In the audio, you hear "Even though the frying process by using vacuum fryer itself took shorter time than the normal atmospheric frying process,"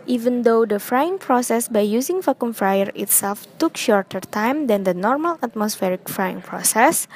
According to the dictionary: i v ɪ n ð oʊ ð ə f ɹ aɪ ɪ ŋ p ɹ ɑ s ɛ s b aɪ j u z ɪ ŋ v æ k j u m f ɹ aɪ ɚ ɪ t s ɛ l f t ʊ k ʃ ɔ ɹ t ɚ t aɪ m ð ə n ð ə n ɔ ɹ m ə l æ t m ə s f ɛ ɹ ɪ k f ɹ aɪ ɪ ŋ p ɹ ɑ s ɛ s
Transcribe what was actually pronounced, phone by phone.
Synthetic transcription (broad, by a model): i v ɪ n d oʊ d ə f ɹ aɪ ɪ ŋ p ɹ ɑ s ɛ s b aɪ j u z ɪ ŋ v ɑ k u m f ɹ aɪ ɚ ɪ t s ɛ l f t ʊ k ʃ ɔ ɹ t ɚ t aɪ m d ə n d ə n ɔ ɹ m ə l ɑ t m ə s f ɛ ɹ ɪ k f ɹ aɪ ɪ ŋ p ɹ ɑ s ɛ s